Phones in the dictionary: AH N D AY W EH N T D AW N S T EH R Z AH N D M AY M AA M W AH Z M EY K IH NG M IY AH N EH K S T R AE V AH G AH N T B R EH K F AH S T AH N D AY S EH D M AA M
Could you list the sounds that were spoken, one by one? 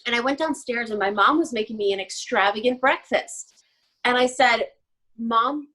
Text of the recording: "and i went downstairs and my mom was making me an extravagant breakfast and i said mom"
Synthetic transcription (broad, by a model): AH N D AY W EH N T D AW N S T EH R Z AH N M AY M AA M W AH Z M EY K IH NG M IY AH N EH K S T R AE V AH G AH N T B R EH K F AH S T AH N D AY S EH D M AA M